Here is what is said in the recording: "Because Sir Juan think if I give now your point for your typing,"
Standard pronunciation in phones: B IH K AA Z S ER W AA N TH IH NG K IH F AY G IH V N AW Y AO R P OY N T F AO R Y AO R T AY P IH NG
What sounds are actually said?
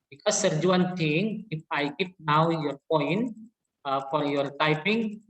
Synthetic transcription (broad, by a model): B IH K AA S ER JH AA N T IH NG IH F AY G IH P N AW Y AO R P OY N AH F AO R Y AO R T AY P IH NG